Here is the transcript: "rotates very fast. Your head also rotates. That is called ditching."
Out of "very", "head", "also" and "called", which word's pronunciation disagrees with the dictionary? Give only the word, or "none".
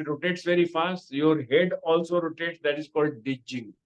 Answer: none